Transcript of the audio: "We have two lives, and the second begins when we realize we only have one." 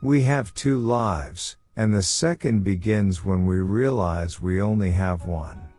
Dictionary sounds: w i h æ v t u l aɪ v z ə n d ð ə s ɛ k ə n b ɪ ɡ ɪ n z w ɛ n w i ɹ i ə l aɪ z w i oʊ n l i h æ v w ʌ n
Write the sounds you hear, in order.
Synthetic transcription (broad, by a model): w i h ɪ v t u l aɪ v z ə n ð ə s ɛ k ə n b ɪ ɡ ɪ n z w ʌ n w i ɹ i ə l aɪ z w i oʊ n l i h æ v w ʌ n